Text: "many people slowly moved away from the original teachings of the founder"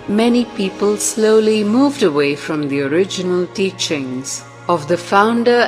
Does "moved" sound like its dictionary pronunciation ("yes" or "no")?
yes